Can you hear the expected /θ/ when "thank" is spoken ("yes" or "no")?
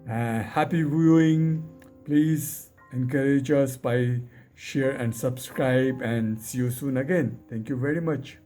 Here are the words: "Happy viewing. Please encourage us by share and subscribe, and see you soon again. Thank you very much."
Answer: no